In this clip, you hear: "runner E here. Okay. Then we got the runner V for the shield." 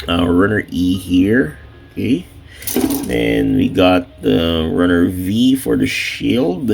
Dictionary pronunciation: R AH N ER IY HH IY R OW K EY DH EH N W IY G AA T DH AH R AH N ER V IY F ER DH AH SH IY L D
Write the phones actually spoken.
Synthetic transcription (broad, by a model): R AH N ER IY HH IY R OW K EY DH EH N W IY G AA T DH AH R AH N ER V IY F ER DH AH SH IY L D